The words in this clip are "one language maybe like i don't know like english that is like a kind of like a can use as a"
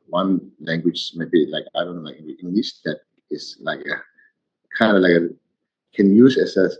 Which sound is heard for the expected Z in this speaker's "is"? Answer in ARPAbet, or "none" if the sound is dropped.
S